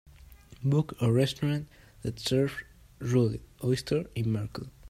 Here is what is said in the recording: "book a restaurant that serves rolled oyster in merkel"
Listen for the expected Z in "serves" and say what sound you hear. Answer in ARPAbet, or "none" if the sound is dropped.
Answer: none